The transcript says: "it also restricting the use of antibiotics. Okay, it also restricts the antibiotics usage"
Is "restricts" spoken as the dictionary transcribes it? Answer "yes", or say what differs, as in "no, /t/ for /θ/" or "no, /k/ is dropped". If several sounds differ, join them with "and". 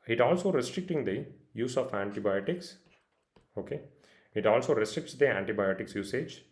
yes